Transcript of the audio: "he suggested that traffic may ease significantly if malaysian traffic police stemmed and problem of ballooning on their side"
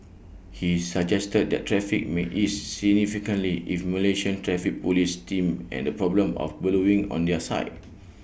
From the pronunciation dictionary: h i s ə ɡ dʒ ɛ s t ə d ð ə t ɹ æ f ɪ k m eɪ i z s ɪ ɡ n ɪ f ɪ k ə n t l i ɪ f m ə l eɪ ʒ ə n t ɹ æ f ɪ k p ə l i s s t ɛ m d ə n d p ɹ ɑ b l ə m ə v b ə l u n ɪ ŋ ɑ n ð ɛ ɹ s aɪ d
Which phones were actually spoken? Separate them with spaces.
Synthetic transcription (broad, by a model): h i s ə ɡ dʒ ɛ s t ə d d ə t ɹ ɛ f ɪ k m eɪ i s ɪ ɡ n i f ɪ k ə n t l i ɪ f m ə l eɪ ʃ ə n t ɹ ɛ f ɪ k p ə l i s s t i m ə n d p ɹ ɑ b l ə m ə f b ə l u ɪ ŋ ɑ n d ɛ s aɪ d